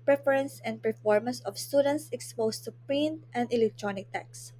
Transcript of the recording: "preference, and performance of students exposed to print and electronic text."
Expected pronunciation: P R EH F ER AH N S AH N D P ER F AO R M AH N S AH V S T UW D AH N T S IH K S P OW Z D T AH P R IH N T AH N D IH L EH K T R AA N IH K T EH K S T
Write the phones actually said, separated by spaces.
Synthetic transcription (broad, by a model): P R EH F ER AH N S AH N D P ER F AO R M AH N S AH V S T UW D AH N T S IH K S P OW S T AH P R IH N T AH N D IH L EH K T R AA N IH K T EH K S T